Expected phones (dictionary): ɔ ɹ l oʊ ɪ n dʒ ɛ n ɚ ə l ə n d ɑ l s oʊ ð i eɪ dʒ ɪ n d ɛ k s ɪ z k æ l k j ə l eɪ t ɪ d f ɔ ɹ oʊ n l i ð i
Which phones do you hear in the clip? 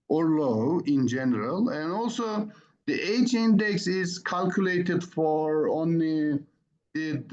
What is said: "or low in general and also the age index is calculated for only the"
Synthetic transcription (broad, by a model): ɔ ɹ l oʊ ɪ n dʒ ɛ n ɚ ə l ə n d ɑ l s oʊ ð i eɪ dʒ ɪ n d ɛ k s ɪ z k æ l k j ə l eɪ t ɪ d f ɔ ɹ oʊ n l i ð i